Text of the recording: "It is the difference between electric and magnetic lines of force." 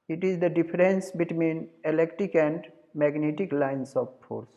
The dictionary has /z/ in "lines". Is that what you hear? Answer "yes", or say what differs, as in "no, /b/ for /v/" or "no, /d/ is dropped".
no, /s/ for /z/